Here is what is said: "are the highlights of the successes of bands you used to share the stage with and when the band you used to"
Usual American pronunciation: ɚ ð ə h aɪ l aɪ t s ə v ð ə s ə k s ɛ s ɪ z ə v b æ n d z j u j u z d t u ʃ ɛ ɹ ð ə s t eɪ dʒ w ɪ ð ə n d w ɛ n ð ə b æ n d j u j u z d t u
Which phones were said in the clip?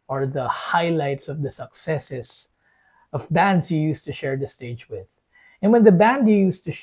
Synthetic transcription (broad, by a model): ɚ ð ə h aɪ l aɪ t s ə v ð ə s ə k s ɛ s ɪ s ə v b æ n d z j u j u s t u ʃ ɛ ɹ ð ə s t eɪ dʒ w ɪ ð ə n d w ɛ n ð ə b æ n d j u j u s t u